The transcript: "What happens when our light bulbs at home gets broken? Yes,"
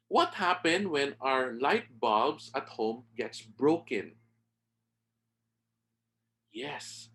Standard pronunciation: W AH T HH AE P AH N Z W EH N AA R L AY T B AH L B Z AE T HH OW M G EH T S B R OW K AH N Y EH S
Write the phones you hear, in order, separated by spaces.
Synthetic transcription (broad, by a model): W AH T HH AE P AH N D W EH N AA R L AY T B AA B S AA T HH OW M G EH T S B R OW K AH N Y EH S